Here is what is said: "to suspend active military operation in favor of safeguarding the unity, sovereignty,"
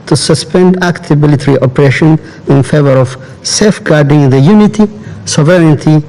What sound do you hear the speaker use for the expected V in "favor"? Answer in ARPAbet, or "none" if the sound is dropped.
V